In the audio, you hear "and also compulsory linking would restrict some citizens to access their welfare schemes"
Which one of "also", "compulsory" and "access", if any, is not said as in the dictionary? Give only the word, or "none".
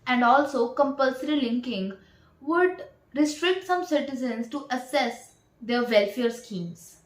access